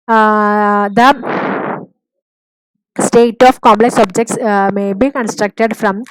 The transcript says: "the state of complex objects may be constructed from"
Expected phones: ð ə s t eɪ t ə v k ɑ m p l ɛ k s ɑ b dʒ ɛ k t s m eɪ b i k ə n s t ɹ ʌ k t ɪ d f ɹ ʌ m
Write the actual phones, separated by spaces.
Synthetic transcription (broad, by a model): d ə s t eɪ t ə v k ɑ m p l ɛ k s ɑ b dʒ ɛ k t s m eɪ b i k ə n s t ɹ ʌ k t ɪ d f ɹ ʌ m